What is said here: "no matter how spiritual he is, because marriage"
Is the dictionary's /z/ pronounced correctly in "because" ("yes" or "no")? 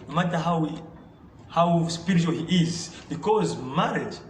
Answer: yes